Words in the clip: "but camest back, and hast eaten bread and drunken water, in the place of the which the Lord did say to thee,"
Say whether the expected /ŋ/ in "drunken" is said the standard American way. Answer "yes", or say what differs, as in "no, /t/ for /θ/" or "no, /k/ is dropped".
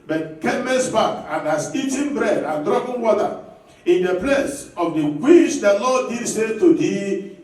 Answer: no, /ŋ/ is dropped